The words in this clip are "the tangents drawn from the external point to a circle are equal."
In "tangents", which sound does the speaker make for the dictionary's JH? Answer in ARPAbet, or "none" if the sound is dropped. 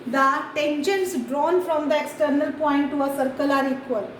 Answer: SH